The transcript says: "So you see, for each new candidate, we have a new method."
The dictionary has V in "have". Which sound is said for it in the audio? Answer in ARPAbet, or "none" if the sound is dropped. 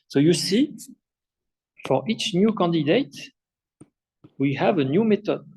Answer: V